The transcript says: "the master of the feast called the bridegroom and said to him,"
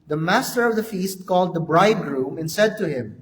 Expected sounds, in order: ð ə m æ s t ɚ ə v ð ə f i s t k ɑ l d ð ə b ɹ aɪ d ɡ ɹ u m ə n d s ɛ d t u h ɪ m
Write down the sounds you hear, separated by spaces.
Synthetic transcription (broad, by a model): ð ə m æ s t ɚ ə v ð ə f i s t k ɑ l d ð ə b ɹ aɪ d ɡ ɹ u m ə n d s ɛ d t u h ɪ m